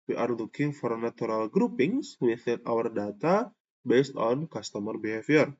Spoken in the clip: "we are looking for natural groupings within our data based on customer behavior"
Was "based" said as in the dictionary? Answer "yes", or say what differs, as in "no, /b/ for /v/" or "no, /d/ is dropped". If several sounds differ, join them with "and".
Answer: yes